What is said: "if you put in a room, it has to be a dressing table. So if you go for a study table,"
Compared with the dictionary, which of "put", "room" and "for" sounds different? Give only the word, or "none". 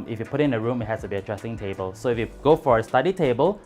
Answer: none